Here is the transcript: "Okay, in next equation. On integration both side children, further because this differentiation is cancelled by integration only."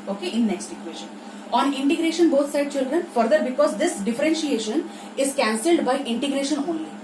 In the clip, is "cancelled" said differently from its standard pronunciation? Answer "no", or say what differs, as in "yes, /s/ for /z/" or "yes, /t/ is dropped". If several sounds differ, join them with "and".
no